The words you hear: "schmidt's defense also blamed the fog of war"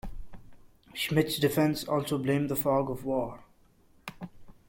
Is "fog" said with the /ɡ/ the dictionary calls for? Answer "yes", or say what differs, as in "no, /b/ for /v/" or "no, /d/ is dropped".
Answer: yes